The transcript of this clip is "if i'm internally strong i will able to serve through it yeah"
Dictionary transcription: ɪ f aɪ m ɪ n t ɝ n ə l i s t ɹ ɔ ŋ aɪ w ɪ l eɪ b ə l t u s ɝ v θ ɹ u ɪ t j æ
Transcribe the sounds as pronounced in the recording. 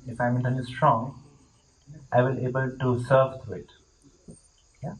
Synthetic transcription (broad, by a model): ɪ f aɪ m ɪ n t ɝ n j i s t ɹ ɔ ŋ aɪ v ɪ l eɪ b ə l t u s ɝ v t ɹ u ɪ t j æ